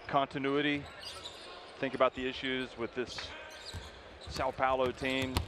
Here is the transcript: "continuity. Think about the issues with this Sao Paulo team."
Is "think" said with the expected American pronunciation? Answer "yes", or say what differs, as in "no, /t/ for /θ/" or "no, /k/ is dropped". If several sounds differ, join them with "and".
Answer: yes